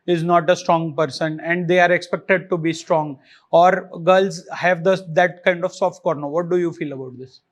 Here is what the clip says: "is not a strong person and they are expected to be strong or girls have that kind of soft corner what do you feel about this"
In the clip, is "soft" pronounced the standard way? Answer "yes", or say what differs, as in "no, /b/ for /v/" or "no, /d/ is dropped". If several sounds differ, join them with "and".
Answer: yes